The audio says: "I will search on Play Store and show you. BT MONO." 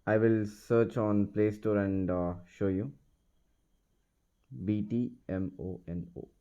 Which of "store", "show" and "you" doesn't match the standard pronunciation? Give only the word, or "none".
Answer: none